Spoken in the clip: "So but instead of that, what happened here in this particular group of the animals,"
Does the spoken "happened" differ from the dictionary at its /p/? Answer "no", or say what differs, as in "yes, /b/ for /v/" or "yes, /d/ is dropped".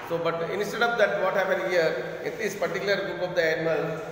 no